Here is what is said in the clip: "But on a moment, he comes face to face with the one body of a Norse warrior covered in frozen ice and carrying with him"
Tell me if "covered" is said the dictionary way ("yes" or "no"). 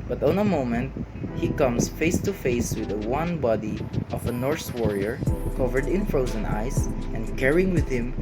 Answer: yes